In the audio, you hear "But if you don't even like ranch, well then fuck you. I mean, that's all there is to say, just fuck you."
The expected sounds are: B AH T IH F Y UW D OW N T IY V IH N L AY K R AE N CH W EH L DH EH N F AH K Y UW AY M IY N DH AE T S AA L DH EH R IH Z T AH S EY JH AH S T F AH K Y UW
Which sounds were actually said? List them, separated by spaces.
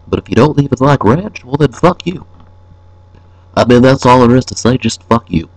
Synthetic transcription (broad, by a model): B AH T IH F Y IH D OW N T IY V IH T L AY K R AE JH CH W EH L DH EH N F AH K Y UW AY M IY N DH AE T S AA L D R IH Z T AH S EY JH AH S T F AH K Y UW